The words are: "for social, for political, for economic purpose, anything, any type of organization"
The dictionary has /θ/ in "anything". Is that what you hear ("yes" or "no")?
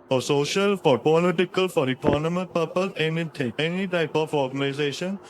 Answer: no